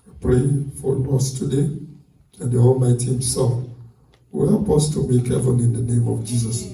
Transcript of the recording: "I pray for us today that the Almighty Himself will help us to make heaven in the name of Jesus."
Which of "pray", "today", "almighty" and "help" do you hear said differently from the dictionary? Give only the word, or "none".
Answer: none